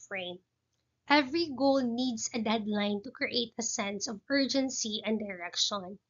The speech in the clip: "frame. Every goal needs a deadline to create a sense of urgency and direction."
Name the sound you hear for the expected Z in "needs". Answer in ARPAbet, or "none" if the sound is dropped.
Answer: S